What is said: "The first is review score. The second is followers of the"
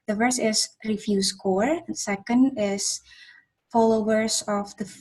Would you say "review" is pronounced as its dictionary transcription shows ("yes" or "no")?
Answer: no